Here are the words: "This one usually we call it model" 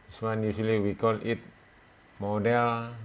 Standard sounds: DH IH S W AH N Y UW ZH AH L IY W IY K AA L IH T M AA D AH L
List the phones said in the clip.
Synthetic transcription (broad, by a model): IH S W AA N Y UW S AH L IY W IY K AA L IH T M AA D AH L